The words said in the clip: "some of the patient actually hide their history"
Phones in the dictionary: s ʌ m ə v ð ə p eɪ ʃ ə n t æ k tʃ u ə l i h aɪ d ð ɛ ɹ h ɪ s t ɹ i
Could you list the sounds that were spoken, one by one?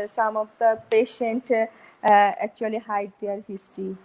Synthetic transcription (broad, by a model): s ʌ m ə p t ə p eɪ ʃ ə n t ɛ k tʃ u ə l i h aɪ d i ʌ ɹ h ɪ s t ɹ i